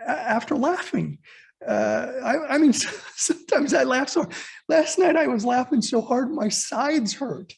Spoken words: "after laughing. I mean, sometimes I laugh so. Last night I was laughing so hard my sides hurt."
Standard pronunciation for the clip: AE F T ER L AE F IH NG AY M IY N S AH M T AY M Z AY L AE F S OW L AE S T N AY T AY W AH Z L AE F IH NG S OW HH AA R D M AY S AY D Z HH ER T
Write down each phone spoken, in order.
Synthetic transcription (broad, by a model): AE F T ER L AE F IH NG AY M IY N S AH M T AY M Z AY L AE F S OW L AE S T N AY T AY W AH Z L AE F IH NG S OW HH AA R D M AY S AY D Z HH ER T